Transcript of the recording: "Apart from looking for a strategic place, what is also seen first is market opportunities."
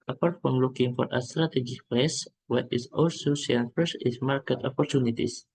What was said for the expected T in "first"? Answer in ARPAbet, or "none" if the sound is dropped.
none